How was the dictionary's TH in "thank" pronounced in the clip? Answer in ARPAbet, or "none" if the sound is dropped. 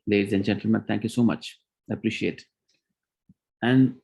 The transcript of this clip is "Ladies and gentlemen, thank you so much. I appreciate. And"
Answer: T